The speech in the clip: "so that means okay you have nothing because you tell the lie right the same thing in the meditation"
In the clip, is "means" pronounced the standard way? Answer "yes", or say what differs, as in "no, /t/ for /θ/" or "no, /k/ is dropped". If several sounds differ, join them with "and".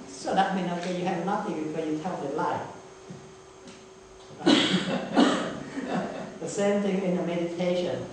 no, /z/ is dropped